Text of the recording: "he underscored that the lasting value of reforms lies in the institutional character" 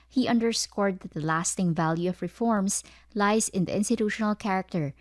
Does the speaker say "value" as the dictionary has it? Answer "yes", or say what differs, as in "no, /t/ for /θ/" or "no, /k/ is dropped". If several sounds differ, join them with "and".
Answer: yes